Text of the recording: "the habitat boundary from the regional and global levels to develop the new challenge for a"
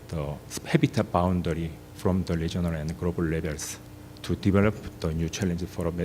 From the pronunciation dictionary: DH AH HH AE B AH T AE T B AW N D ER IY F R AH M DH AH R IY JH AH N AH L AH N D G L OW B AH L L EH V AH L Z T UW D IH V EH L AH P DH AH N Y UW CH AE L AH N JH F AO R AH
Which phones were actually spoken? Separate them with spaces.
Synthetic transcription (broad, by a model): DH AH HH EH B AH T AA B AW N D ER IY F R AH M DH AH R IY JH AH N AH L AH N D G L OW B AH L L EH B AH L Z T UW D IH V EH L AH P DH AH N Y UW CH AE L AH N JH F AO R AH